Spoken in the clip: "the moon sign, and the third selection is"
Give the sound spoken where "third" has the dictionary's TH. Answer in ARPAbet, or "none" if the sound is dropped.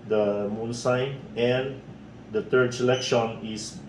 T